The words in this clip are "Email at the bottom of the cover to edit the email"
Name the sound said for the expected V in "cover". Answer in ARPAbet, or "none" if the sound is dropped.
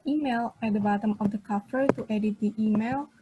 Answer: F